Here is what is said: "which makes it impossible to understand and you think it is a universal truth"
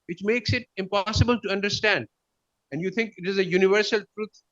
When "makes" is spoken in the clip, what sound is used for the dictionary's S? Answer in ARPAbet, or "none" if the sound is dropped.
S